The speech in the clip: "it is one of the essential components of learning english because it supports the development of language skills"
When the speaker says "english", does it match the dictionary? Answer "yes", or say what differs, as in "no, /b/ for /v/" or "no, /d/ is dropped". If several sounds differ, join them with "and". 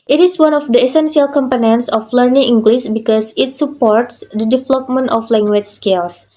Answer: no, /s/ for /ʃ/